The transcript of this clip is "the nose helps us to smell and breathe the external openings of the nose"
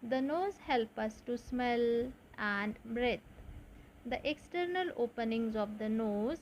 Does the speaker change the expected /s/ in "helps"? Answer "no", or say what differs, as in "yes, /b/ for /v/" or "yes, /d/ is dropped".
yes, /s/ is dropped